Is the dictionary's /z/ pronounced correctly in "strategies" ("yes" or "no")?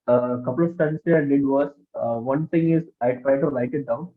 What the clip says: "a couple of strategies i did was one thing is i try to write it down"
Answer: no